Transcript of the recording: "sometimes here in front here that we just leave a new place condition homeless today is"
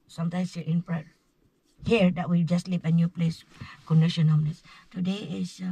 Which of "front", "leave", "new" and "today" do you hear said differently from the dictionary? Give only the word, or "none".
front